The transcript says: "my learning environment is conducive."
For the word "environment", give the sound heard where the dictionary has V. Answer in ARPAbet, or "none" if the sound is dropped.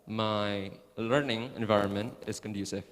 V